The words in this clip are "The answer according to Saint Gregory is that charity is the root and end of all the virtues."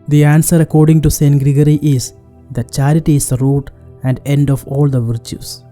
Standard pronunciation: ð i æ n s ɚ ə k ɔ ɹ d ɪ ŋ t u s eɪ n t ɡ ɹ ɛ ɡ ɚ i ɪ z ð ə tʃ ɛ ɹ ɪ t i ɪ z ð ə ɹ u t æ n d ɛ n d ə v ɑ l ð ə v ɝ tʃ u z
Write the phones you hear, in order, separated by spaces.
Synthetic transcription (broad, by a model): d i æ n s ɚ ə k ɔ ɹ d ɪ ŋ t u s eɪ n t ɡ ɹ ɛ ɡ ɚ i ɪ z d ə tʃ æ ɹ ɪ t i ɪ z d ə ɹ u t æ n d ɛ n d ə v ɑ l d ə v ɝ tʃ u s